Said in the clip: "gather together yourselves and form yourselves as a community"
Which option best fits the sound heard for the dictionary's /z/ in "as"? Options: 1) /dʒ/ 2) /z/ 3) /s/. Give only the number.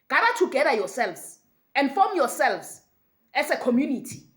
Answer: 3